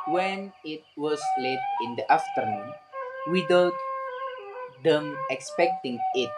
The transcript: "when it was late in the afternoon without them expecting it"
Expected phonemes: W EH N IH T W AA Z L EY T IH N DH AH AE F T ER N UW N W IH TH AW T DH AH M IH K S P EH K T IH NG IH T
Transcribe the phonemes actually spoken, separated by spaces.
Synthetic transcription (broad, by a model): W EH N IH T W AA S L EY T IH N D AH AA F T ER N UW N W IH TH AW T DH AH M IH K S P EH K T IH NG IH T